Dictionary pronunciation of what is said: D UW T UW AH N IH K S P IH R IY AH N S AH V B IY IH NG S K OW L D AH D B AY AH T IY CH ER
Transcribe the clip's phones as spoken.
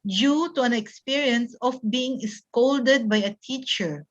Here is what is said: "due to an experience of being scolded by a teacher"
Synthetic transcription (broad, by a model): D UW T UW AH N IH K S P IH R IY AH N S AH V B IY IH NG S K OW L D AH D B AY AH T IY CH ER